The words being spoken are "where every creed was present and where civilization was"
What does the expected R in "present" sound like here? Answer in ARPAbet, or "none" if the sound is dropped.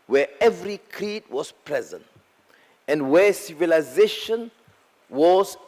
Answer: R